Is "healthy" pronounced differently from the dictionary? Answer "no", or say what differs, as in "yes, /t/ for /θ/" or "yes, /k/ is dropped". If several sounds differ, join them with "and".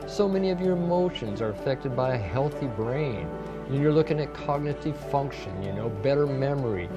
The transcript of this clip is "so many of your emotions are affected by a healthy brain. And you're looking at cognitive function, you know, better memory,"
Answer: no